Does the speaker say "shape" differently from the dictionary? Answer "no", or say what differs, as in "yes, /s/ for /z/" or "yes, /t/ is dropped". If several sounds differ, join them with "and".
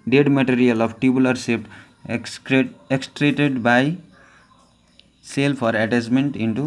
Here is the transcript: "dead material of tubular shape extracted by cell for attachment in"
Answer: yes, /s/ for /ʃ/